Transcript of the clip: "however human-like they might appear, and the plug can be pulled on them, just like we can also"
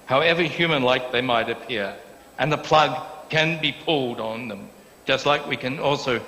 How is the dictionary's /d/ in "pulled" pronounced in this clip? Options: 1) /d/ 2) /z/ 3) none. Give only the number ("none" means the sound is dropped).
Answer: 1